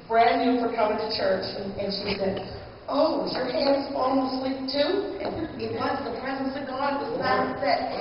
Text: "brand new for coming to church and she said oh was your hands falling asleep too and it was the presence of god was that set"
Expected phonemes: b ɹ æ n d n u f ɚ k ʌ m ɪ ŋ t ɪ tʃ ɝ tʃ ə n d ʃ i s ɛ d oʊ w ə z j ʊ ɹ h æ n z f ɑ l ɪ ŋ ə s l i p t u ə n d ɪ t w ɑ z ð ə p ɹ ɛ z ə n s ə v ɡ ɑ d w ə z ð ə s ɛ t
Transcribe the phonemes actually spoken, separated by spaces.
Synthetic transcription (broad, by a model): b ɹ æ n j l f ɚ k ʌ m ɪ ŋ t ɪ tʃ ɝ tʃ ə n ʃ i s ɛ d oʊ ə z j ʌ ɹ h æ n z ɑ l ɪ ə s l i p t u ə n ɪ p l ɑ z ð ə p ɹ ɛ z ə n s ə v ɡ ɑ d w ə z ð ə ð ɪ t